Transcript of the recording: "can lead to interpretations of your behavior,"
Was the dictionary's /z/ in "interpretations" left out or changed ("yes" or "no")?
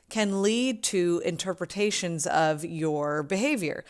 no